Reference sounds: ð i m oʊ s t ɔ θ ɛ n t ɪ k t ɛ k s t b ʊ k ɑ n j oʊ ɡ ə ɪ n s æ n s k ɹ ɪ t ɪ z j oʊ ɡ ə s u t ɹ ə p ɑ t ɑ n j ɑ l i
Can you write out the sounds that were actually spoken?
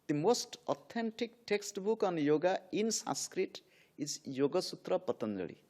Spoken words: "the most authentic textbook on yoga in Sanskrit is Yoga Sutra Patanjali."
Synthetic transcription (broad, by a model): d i m oʊ s t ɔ t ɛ n t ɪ k t ɛ k s t b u k ɑ n j oʊ ɡ ə ɪ n s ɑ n s k ɹ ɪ t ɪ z j oʊ ɡ ə s u t ɹ ə p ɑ t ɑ n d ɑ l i